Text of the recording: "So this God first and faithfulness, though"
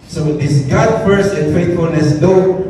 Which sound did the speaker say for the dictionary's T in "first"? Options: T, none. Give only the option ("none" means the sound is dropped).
none